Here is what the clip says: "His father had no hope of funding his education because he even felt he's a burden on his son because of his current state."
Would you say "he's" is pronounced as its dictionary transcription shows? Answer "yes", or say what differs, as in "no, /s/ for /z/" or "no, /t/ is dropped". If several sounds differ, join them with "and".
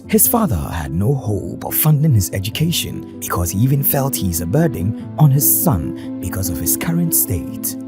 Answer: yes